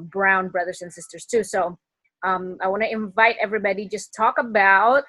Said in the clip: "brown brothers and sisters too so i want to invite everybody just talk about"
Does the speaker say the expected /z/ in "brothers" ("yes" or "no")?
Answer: yes